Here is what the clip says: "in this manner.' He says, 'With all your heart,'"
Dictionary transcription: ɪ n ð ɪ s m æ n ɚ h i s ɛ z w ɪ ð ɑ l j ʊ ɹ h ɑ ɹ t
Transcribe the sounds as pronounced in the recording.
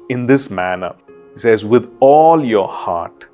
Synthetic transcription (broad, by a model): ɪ n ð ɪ s m æ n ɚ h i s ɛ z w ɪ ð ɑ l j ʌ ɹ h ɑ ɹ t